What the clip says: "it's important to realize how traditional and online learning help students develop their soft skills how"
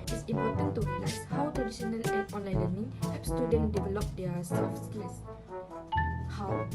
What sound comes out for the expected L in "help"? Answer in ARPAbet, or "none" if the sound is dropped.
none